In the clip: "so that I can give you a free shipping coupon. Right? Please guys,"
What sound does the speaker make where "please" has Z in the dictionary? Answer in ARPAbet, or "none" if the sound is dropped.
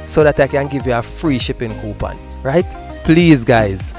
Z